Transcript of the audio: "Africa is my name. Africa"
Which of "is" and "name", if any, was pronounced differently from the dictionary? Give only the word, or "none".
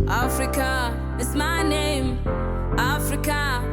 is